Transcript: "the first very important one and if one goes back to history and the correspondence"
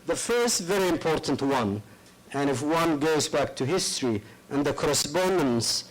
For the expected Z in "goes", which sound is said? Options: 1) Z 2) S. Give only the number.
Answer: 1